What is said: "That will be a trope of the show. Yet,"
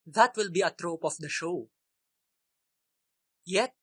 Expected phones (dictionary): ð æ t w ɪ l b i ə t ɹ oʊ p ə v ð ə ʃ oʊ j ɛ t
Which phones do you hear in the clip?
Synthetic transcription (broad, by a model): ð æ t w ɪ l b i ə t ɹ oʊ p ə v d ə ʃ oʊ j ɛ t